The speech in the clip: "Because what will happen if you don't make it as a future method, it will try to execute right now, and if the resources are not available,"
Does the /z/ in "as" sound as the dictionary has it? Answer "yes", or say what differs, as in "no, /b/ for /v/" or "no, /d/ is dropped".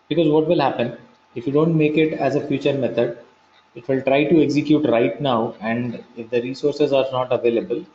yes